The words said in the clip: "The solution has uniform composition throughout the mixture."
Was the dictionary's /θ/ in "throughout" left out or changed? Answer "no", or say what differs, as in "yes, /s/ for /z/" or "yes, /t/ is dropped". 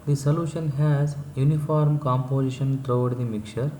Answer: yes, /t/ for /θ/